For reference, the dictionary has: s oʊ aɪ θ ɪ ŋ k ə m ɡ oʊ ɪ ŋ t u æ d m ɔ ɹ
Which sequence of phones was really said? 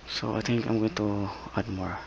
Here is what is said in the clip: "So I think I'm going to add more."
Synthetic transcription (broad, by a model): s oʊ aɪ t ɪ ŋ k ə m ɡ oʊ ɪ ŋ t u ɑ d m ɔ ɹ